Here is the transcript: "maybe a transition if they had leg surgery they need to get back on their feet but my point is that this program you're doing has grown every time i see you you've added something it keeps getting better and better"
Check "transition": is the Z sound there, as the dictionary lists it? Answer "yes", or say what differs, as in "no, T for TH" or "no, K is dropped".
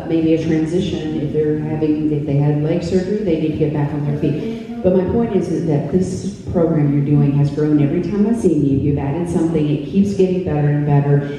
yes